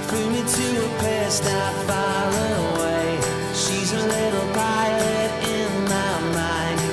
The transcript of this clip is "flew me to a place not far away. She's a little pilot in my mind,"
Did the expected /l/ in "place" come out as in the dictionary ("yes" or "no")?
no